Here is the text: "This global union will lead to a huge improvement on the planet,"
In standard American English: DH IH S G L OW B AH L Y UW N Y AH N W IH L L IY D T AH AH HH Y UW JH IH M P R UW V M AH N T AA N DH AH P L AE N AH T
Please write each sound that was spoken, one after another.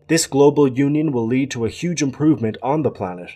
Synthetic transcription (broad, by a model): DH IH S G L OW B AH L Y UW N Y AH N W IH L L IY D T AH AH HH Y UW JH IH M P R UW V M AH N T N DH AH P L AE N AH T